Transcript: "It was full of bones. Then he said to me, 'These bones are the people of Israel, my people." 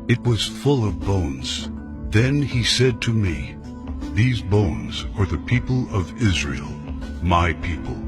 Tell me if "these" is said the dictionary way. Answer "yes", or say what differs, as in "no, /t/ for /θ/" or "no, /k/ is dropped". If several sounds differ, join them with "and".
yes